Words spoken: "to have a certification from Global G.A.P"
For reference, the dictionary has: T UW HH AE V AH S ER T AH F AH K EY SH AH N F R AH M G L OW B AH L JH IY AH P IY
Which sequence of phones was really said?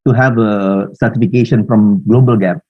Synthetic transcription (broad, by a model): T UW HH AE V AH S ER T AH F AH K EY SH AH N F R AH M G L OW B AH L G AH P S